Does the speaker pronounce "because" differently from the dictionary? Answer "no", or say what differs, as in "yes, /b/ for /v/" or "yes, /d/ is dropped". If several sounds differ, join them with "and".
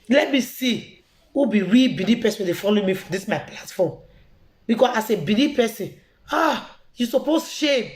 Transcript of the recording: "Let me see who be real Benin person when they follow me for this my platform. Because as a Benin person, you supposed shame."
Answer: yes, /s/ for /z/